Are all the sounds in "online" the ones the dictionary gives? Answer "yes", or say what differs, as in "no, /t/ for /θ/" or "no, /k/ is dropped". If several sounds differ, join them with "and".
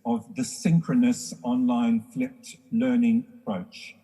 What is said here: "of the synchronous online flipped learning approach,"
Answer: yes